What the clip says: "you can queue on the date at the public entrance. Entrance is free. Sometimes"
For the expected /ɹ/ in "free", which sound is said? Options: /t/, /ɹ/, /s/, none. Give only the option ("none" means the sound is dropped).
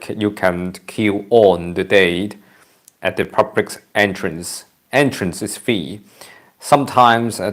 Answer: none